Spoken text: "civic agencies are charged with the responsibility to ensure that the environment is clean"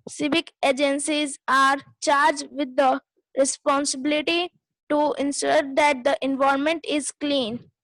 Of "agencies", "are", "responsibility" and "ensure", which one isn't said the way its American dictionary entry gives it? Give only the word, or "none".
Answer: ensure